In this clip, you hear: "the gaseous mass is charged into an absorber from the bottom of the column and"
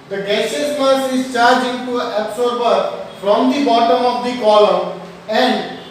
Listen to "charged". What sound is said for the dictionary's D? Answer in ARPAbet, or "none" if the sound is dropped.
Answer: none